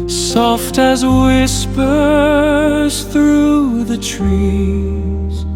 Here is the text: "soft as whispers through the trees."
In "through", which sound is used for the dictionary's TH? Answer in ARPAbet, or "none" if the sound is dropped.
TH